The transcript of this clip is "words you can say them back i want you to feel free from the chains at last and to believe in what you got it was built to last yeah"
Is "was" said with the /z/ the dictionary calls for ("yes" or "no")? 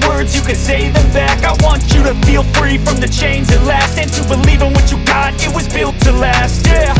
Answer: yes